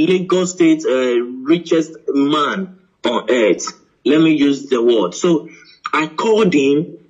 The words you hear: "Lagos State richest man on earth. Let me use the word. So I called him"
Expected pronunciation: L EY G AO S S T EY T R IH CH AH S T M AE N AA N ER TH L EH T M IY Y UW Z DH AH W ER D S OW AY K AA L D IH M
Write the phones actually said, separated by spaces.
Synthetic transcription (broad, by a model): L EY G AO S S T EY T R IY CH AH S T M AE N AA N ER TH L EH T M IY Y UW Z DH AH W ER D S OW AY K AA D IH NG